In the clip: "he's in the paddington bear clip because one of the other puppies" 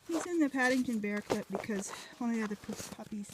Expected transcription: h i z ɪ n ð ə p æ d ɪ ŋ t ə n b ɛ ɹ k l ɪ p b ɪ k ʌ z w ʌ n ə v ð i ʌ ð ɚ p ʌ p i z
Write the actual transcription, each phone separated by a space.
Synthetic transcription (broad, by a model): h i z ɪ n ð ə p æ d ɪ ŋ t ə n b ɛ ɹ k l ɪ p b ɪ k ʌ z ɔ ə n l i ʌ ð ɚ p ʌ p i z